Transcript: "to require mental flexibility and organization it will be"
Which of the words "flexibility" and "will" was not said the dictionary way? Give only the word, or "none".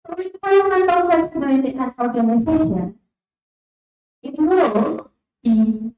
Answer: flexibility